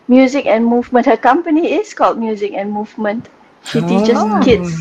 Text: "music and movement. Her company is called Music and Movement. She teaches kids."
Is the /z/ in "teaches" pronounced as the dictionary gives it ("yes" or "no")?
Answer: no